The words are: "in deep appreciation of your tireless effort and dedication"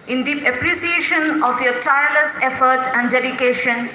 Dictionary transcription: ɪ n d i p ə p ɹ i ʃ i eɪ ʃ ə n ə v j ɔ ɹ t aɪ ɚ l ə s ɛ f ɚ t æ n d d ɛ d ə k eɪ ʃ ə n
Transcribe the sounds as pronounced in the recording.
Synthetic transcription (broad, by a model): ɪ n d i ə p ɹ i s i eɪ ʃ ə n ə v j ɔ ɹ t aɪ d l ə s ɛ f ɚ t æ n d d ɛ d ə k eɪ ʃ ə n